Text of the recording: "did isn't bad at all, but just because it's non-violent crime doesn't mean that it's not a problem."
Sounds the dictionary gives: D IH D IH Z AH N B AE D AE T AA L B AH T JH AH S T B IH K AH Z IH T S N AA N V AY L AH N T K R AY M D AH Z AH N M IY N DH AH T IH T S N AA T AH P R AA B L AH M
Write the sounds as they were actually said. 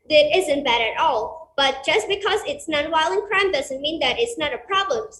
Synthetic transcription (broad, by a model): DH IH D IH Z AH N B AE D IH T AA L B AH T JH AH S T B IH K AH Z IH T S N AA N W AY L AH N K R AY M D AH Z AH N M IY N DH AH T IH T S N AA T AH P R AA B L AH M